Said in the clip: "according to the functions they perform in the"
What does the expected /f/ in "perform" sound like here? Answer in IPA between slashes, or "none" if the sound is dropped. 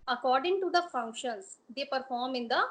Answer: /f/